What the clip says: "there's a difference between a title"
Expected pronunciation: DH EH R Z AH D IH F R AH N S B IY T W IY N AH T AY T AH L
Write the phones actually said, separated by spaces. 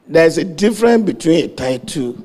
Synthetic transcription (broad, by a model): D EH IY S AH D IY F R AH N B IY T W IY N AH T AY T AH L